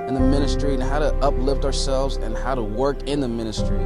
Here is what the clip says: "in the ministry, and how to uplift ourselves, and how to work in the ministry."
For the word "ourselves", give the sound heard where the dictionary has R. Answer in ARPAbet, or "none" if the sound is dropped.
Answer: R